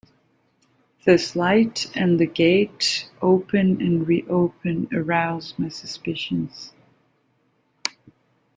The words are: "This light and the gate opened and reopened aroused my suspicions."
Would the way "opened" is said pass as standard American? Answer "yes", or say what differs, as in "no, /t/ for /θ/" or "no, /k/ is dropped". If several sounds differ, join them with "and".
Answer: no, /d/ is dropped